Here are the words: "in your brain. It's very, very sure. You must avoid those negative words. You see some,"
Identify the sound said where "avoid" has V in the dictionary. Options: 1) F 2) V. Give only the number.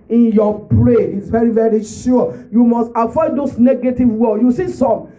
1